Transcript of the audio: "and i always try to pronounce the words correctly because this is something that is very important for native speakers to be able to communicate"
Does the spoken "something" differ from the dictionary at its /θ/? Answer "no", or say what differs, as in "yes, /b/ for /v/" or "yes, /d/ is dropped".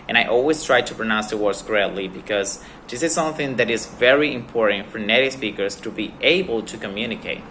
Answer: no